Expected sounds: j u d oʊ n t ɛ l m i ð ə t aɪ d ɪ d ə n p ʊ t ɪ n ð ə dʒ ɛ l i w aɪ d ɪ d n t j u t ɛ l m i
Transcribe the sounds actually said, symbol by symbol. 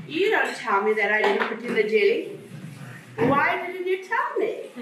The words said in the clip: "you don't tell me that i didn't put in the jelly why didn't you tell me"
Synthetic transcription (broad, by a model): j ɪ d oʊ n t ɛ l m i ð ə t aɪ d ɪ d n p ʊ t ɪ n ð ə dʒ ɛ i w aɪ d ɪ d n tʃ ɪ t ɛ l m i